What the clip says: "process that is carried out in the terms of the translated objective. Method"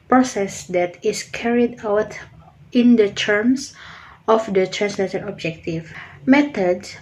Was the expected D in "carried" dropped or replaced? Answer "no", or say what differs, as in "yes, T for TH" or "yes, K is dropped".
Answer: no